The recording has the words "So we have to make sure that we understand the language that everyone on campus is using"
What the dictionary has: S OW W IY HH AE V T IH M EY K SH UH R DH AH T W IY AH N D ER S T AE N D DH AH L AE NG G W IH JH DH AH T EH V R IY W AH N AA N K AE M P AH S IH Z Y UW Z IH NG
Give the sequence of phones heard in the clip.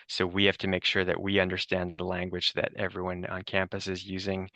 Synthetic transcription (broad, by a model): S OW W IY HH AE F T IH M EY K SH UH R DH AH T W IY AH N D ER S T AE N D DH AH L AE NG G W IH JH DH AH T EH V R IY W AH N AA N K AE M P AH S IH Z Y UW Z IH NG